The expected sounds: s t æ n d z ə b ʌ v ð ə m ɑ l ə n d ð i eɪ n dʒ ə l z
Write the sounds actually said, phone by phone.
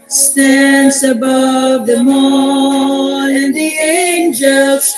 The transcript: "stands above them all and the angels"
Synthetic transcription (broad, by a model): s t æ n d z ə b ʌ v ð ə m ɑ n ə n ð i eɪ n dʒ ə l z